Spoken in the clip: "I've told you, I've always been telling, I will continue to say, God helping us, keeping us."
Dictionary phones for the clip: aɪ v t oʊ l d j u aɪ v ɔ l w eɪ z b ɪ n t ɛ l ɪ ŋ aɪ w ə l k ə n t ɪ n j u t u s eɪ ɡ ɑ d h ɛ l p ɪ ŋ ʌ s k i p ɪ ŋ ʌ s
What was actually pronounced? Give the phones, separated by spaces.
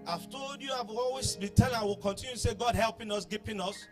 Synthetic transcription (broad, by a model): aɪ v t oʊ l d j u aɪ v ɔ l w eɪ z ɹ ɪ t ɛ n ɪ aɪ w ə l k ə n t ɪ n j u t u s eɪ ɡ ɑ d h ɛ l p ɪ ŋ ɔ s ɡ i p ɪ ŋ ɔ s